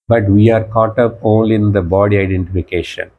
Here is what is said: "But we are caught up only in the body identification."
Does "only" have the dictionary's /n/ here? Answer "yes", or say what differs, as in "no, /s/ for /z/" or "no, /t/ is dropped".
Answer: no, /n/ is dropped